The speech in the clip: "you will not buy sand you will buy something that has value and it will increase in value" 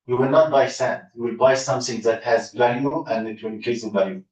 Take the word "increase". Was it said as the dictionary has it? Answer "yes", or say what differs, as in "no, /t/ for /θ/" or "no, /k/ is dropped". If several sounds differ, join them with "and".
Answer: no, /n/ is dropped and /ɹ/ is dropped